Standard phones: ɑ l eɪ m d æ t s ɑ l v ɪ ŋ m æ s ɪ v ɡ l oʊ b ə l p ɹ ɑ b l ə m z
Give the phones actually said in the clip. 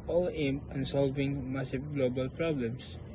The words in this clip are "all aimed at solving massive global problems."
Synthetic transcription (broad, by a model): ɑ l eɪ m æ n s ɑ l v ɪ ŋ m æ s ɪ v ɡ l oʊ b ə l p ɹ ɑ b l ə m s